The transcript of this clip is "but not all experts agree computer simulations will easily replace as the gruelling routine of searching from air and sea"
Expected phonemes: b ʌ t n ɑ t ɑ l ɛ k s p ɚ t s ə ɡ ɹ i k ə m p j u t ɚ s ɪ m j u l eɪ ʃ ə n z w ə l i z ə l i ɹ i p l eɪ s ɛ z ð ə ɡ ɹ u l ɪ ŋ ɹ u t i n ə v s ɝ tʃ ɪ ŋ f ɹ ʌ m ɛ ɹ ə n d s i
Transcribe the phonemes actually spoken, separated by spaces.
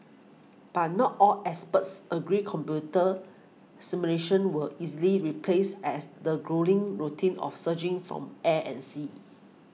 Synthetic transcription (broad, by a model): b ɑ t n ɑ t ɑ l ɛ s p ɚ t s ə ɡ ɹ i k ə m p j u t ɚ s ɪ m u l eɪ ʃ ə n w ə i z ə l i ɹ i p l eɪ s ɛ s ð ə ɡ ɹ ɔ l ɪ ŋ ɹ u t i n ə f s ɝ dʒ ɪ ŋ f ɹ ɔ m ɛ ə n s i